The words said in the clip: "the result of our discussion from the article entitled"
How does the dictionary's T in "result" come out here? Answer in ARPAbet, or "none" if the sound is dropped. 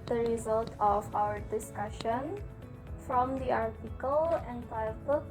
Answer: T